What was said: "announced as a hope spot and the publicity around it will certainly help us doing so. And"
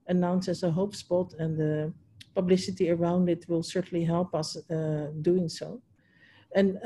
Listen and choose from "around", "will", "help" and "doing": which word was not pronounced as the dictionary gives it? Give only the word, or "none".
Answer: none